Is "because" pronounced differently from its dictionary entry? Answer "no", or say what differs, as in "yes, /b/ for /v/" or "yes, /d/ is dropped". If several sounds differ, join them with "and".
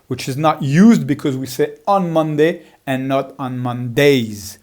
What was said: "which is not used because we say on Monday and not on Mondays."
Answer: no